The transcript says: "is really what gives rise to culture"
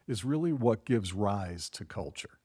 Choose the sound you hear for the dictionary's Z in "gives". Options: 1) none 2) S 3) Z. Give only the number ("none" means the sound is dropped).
3